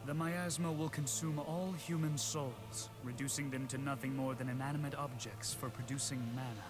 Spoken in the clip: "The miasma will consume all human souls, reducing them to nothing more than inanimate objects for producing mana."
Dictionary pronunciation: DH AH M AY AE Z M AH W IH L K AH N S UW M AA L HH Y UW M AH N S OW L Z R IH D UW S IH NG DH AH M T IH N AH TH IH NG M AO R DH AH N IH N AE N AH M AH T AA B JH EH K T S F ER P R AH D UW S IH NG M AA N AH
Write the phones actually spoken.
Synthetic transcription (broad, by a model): DH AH M AY AE Z M AH W IH L K AH N S UW M AA L HH Y UW M AH N S OW L Z R IH D UW S IH NG DH AH M T IH N AH TH IH NG M AO R DH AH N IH N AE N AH M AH T AA B JH EH K T S F ER P R AH D UW S IH NG M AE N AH